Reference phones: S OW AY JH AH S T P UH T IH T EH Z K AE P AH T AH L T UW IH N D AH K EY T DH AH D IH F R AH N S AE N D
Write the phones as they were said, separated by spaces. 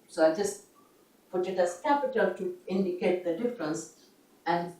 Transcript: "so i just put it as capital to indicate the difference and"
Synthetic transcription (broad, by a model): S OW AY JH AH S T P UH T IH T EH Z K AE P AH T AH L T UW IH N D AH K EY T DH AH D IH F R AH N S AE N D